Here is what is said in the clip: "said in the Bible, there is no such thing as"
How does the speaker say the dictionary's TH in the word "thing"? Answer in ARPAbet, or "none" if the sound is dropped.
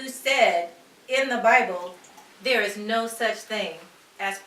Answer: TH